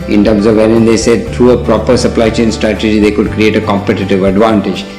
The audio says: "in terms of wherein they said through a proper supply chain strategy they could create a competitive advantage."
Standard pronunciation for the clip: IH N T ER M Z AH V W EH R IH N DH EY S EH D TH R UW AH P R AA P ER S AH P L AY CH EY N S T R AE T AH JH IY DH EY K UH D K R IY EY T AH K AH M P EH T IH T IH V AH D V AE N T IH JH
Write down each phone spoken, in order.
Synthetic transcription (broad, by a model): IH N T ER M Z AH V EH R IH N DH EY S EH D T R UW AH P R AA P ER S AH P L AY CH EY N S T R AE T AH JH IY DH EY K UH D K R IY EY T AH K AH M P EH T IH T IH V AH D V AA N T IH JH